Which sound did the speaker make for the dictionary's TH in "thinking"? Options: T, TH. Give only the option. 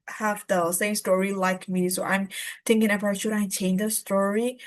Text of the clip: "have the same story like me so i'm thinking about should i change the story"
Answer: T